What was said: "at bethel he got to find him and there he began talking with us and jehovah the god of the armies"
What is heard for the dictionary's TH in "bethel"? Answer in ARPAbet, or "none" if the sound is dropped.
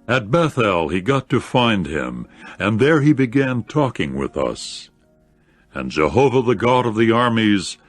TH